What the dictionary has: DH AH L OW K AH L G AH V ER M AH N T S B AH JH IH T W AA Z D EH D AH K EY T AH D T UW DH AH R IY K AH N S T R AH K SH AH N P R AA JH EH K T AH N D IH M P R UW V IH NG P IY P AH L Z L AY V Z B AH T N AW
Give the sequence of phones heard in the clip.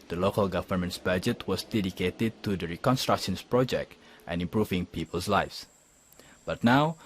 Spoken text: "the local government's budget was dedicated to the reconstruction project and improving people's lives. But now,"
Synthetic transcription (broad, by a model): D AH L OW K AH L G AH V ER M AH N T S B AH JH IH T W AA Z D EH D AH K EY T AH D T UW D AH R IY K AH N S T R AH K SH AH N P R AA JH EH K T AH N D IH M P R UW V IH NG P IY P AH L S L AY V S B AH T N AW